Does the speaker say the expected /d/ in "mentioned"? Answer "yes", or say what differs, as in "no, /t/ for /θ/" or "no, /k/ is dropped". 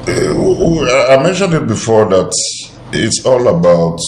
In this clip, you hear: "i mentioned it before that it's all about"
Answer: yes